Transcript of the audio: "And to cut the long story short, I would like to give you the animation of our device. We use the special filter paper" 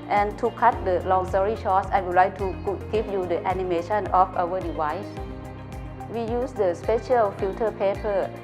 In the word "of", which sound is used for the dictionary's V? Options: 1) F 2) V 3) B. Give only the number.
1